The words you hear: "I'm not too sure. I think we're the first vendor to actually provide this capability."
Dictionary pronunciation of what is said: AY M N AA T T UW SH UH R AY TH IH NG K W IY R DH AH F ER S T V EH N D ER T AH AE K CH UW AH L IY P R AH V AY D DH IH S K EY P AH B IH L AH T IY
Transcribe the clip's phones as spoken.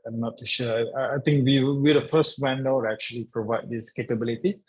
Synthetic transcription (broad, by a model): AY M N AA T T UW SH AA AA AY T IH NG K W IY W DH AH F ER S T W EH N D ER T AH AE K CH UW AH L IY P R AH V AY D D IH S K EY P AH B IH L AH T IY